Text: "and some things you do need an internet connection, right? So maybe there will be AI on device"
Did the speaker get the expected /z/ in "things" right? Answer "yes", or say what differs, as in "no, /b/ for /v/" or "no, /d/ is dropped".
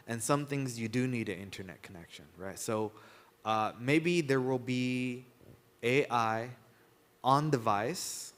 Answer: yes